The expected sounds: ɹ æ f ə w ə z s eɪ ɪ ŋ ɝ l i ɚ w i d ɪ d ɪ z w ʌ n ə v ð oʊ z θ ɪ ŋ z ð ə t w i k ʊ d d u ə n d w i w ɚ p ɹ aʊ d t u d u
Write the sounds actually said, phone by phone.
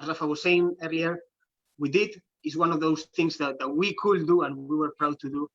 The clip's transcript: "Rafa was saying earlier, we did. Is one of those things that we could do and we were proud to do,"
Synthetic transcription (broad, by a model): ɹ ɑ f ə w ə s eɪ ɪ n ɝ i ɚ w i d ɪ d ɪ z w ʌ n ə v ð oʊ s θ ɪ ŋ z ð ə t w i k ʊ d d u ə n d w i w ɚ p ɹ aʊ d t u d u